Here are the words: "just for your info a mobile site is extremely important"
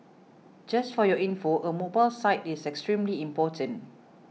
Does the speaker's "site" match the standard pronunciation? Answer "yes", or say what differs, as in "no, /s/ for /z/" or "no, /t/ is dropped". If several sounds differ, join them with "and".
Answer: yes